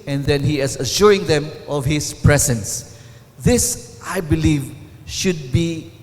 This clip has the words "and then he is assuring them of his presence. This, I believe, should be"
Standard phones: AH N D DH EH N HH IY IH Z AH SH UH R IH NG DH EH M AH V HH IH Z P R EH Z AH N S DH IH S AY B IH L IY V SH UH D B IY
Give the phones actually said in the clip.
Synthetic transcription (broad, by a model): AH N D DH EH N HH IY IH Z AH SH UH R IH NG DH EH M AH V HH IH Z P R EH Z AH N S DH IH S AY B IH L IY V SH UH D B IY